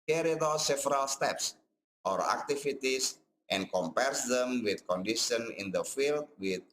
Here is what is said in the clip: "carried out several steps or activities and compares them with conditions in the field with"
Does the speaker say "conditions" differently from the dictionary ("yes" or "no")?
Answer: yes